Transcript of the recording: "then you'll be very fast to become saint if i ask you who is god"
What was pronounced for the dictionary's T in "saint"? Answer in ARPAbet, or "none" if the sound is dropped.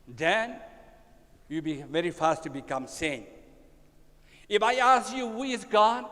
none